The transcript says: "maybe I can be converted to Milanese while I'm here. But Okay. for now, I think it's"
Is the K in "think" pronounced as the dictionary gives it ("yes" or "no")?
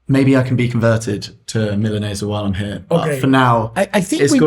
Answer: no